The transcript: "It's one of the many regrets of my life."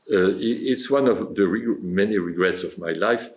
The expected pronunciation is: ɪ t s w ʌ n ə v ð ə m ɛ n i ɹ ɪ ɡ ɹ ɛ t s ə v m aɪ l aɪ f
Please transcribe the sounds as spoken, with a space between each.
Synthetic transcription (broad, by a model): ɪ t s w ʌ n ə v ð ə m ɛ n i ɹ ɪ ɡ ɹ ɛ t s ə v m aɪ l aɪ f